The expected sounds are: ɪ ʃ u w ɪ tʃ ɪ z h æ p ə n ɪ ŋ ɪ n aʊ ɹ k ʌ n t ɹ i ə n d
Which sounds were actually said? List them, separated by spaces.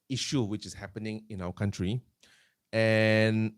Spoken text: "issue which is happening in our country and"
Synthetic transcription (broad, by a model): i ʃ u w ɪ tʃ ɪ s h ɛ p ə n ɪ ŋ ɪ n aʊ w k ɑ n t ɹ i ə n